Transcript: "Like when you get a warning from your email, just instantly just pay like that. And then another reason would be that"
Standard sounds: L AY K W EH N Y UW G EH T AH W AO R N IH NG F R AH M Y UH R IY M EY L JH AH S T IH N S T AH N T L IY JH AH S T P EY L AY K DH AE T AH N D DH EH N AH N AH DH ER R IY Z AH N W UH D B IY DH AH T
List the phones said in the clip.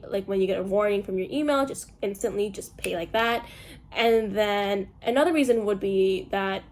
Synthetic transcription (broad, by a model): L AY K W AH N Y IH G EH T AH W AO R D IH NG F R AH M Y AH R IY M EY L JH AH S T IH N S T AH N T L IY JH AH S P EY L AY K DH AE T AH N DH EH N AH N AH DH ER R IY Z AH N W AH D B IY DH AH T